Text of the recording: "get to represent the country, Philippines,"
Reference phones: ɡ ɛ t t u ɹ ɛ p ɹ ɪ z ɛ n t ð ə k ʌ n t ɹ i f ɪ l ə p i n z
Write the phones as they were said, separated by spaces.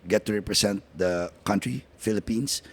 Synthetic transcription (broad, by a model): ɡ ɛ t t u ɹ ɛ p ɹ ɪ s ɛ n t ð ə k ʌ n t ɹ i f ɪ l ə p i n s